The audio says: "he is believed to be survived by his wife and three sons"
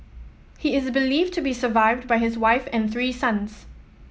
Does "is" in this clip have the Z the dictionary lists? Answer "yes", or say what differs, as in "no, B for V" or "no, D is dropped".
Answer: yes